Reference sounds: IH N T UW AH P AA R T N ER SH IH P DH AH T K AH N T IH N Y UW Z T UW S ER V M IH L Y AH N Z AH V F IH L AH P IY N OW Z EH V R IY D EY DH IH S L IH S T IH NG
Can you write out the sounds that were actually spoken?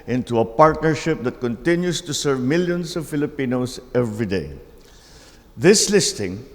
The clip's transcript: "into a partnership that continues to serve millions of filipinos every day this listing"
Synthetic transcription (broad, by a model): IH N T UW AH P AA R T N ER SH IH P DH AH T K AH N T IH N Y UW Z T UW S ER V M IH L Y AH N S AH V F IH L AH P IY N OW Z EH V R IY D EY DH IH S L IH S T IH NG